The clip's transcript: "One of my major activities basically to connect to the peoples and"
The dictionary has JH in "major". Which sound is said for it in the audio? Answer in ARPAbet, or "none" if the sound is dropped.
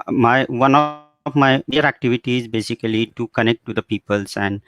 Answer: none